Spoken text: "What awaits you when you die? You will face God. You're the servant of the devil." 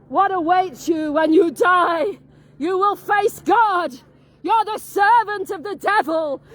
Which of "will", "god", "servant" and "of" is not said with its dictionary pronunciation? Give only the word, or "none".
none